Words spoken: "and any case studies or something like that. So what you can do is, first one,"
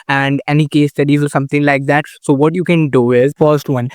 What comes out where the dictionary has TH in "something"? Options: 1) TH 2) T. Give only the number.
2